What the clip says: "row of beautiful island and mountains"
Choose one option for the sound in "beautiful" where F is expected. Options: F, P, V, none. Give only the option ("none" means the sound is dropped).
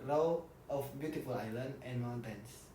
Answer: F